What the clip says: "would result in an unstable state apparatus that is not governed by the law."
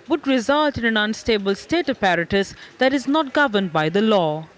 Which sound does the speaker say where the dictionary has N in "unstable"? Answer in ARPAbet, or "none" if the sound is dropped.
N